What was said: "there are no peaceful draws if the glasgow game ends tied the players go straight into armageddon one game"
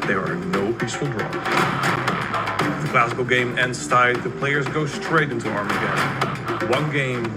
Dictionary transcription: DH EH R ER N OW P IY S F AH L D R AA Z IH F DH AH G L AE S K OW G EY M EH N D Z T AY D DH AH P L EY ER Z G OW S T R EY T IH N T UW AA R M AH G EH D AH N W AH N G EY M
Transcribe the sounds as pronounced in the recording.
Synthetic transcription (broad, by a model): DH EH R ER N OW P IY S F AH L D R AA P DH AH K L AE S K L G EY M EH N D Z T AY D DH AH P L EY ER Z G OW S T R EY T IH N T UW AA R M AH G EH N W AH N G EY M